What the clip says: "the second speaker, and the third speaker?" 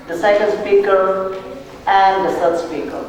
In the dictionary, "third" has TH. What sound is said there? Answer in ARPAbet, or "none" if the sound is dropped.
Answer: S